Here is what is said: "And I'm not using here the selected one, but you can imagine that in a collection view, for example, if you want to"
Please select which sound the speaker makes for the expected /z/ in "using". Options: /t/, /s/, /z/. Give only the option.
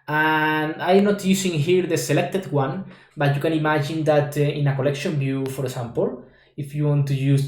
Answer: /s/